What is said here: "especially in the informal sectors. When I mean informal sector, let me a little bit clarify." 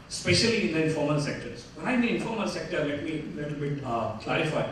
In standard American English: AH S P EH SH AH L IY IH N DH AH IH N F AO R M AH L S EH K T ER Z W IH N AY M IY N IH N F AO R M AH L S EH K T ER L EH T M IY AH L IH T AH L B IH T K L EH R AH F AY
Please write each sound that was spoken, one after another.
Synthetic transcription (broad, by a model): S P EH SH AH L IY IH N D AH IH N F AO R M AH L S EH K T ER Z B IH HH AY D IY IH N F AO R M AH L S EH K T ER L EH T M IY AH L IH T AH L B IH T K L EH R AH F AY